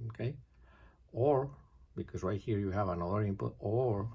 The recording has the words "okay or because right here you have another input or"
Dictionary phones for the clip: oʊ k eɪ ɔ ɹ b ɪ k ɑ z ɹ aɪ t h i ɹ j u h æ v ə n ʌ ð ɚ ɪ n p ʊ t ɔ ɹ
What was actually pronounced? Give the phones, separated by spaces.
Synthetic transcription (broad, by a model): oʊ k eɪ ɔ ɹ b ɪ k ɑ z w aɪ h i ɹ j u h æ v ə n ʌ ð ɚ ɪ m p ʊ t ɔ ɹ